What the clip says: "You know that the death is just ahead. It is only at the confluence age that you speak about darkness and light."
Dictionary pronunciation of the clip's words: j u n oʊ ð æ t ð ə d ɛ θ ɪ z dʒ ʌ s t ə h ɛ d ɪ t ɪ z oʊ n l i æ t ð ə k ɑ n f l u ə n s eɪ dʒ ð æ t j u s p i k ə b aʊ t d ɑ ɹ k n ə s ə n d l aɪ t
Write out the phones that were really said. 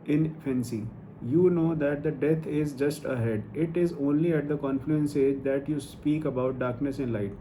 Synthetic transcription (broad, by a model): j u n oʊ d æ t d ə d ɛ t ɪ z dʒ ʌ s t ə h ɛ d ɪ t ɪ z oʊ n l i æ t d ə k ɑ n f l u ə n s eɪ dʒ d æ t j u s p i k ə b aʊ t d ɑ ɹ k n ə s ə n l aɪ t